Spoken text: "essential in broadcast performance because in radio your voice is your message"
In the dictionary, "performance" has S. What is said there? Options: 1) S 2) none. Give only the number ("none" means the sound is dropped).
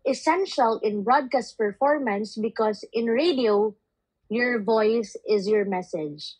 1